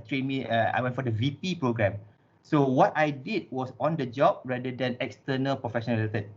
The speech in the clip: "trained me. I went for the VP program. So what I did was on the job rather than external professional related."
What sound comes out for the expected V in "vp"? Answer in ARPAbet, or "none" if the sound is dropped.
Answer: V